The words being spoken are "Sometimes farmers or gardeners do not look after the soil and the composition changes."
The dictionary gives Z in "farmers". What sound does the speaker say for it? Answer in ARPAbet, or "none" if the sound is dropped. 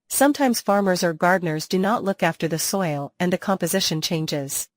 Z